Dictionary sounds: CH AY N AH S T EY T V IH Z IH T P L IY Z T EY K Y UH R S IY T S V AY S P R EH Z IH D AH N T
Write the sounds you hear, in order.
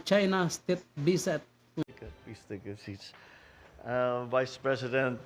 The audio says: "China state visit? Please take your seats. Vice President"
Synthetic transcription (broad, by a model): CH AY N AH S T EY T B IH S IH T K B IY S T EY K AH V S IY T S V AY S P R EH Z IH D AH N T